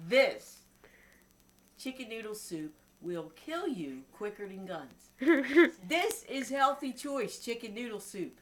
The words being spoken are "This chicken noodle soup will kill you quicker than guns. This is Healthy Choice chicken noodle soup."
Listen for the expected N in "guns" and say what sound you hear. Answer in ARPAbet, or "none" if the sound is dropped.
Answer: N